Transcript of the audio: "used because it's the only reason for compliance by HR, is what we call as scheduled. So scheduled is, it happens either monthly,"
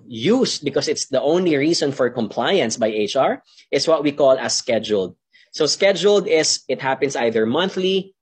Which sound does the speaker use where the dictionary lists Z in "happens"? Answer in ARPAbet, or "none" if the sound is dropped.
S